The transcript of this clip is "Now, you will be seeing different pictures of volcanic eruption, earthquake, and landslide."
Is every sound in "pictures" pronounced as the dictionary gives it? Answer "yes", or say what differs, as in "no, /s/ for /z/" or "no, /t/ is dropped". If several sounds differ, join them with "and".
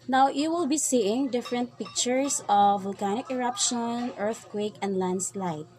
no, /s/ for /z/